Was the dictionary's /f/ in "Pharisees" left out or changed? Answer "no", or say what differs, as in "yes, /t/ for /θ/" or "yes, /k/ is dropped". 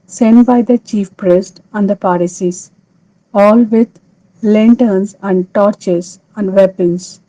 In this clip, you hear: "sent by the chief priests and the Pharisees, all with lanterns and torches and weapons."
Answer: yes, /p/ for /f/